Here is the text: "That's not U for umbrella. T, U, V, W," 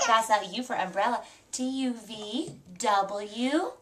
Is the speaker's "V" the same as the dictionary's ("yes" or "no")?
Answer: yes